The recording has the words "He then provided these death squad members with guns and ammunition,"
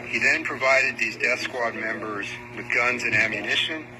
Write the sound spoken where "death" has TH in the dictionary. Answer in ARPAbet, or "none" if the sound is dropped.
TH